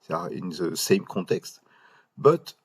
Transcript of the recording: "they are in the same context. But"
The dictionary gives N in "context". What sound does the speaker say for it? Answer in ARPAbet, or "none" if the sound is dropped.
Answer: none